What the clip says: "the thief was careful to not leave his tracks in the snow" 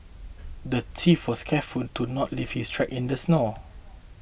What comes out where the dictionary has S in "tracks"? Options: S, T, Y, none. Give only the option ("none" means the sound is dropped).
none